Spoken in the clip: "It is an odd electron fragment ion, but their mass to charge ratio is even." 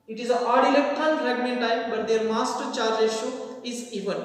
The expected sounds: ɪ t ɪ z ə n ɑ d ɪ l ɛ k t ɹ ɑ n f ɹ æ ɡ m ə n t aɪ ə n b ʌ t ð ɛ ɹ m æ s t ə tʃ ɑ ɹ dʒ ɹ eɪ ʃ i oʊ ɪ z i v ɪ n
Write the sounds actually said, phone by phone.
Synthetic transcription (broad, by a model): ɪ t ɪ z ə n ɑ d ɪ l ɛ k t ɑ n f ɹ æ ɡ m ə n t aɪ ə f b ʌ t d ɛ ɹ m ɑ s t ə tʃ ɑ ɹ dʒ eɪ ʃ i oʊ ɪ z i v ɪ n